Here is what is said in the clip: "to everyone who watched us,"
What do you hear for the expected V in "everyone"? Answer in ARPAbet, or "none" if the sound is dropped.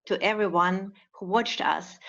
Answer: V